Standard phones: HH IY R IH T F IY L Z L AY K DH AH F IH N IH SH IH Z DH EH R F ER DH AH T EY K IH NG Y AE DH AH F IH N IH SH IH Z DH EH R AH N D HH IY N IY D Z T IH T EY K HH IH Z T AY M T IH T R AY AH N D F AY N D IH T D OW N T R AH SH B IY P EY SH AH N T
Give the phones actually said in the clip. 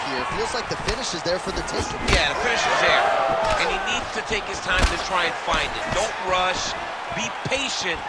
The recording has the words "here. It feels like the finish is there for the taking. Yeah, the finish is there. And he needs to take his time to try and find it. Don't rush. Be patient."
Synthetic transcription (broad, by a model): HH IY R IH T F IY L Z L AY K DH AH F IH N IH SH IH Z DH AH R F ER DH AH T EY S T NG Y AE DH AH F IH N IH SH IH Z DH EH R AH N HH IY N IY D Z T IH T EY K HH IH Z T AY M T IH T R AY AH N F AY N D IH T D OW N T R AH SH B IY P EY SH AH N T